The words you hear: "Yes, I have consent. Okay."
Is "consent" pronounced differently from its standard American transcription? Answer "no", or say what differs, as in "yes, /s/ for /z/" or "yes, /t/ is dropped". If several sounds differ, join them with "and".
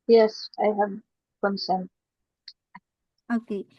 yes, /t/ is dropped